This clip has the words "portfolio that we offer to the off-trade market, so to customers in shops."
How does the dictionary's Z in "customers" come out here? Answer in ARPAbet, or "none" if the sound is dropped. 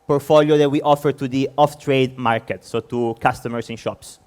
S